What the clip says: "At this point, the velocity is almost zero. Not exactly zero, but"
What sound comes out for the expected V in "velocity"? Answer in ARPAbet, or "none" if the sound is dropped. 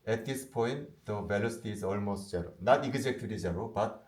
B